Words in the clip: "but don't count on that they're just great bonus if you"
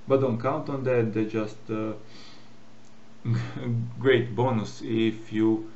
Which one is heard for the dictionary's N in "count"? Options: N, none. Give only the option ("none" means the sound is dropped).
N